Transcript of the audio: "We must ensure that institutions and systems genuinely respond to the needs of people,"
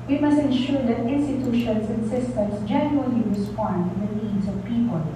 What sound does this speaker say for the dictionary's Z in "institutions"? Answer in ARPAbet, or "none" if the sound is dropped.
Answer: S